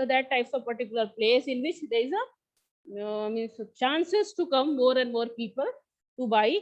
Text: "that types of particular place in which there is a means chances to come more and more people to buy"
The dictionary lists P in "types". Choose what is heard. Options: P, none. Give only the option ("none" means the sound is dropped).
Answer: P